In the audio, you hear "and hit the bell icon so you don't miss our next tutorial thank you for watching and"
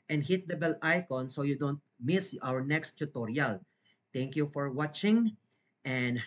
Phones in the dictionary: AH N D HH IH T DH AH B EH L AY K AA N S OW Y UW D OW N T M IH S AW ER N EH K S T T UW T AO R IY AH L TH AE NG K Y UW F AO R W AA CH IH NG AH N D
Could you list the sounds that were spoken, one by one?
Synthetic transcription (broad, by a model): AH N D HH IH T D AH B EH L AY K AA N S OW Y UW D OW N T M IH S AW ER N EH K S T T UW T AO R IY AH L T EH NG K Y UW F AO R W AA CH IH NG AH N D